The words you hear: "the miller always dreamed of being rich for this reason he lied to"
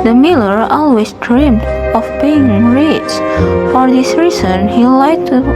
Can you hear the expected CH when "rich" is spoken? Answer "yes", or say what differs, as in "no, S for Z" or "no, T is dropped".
no, S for CH